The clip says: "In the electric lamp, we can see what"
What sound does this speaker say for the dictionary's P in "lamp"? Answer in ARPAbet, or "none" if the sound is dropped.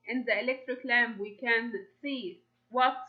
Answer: B